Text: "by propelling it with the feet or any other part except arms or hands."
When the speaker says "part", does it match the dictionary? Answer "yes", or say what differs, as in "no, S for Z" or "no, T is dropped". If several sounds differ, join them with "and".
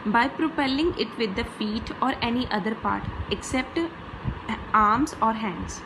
yes